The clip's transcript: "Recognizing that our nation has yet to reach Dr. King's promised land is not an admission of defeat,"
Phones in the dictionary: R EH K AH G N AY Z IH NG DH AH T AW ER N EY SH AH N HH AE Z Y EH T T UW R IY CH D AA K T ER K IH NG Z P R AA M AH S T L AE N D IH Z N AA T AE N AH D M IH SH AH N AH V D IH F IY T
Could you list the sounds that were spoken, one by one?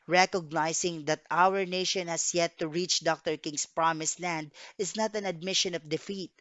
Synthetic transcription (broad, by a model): R EH K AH G N AY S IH NG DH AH T AW ER N EY SH AH N HH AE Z Y EH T T UW R IY CH D AA K T ER K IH NG S P R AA M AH S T L AE N D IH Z N AA T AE N AH D M IH SH AH N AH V D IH F IY T